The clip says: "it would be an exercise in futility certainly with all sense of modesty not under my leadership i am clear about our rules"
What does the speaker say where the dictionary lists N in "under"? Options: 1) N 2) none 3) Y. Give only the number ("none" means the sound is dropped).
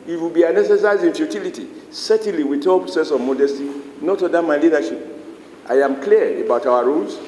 2